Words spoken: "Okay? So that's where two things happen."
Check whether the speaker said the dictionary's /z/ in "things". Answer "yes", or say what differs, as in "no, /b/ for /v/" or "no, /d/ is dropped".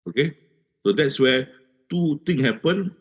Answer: no, /z/ is dropped